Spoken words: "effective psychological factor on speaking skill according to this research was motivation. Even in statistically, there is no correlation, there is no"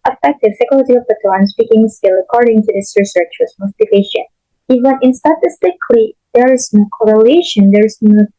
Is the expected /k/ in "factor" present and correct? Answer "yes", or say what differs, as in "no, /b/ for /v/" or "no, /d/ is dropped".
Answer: no, /k/ is dropped